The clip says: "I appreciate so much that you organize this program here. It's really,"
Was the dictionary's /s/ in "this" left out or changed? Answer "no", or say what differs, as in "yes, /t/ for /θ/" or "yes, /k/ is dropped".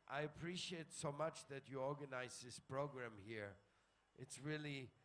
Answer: no